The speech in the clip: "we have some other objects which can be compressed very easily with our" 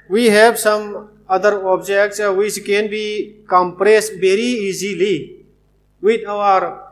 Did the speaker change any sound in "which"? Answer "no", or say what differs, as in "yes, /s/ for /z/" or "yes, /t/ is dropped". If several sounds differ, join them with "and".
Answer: yes, /s/ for /tʃ/